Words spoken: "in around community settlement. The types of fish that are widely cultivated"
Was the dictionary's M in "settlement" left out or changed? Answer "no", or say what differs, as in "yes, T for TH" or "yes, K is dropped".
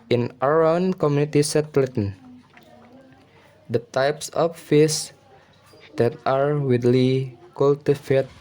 yes, M is dropped